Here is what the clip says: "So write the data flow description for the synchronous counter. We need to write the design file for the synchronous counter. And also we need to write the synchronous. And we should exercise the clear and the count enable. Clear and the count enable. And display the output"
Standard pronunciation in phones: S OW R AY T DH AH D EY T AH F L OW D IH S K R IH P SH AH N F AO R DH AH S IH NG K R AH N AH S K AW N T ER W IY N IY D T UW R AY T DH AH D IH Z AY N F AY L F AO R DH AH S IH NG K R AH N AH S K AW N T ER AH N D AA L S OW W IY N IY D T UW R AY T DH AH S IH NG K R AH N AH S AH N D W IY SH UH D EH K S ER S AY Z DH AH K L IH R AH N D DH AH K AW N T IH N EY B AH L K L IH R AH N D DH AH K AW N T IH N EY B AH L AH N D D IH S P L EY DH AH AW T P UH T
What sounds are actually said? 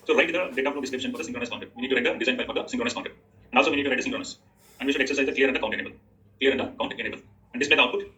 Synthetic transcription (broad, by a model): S OW R AY T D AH D EY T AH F N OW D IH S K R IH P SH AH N F AO R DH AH S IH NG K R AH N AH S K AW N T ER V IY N IY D T UW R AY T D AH D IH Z AY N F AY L F AO R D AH S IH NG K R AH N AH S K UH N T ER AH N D AA L S OW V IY N IY D T UW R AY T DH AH S IH NG K R AH N AH S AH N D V IY SH UH D EH K S ER S AY Z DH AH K L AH R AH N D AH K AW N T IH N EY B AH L K L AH R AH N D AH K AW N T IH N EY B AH L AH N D D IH S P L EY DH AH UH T P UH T